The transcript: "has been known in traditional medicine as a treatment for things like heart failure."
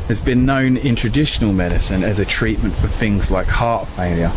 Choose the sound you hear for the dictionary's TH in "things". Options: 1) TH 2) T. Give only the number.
1